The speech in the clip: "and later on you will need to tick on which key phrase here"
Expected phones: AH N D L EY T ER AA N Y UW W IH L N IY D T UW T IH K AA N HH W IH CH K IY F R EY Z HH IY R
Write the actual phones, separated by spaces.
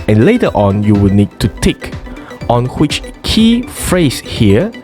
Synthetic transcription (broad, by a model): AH N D L EY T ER AA N Y UW W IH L N IY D T UW T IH K AA N HH W IH CH K IY F R EY S HH IY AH